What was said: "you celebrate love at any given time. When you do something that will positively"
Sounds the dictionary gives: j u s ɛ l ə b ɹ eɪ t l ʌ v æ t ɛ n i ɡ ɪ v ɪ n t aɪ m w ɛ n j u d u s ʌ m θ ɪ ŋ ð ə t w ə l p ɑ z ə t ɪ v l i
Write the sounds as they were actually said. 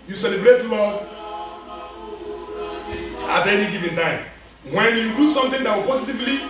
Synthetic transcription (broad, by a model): j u s ɛ l ə b ɹ eɪ t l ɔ ɑ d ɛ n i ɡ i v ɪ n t aɪ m w ɛ n j u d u s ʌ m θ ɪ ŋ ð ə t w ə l p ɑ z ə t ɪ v l i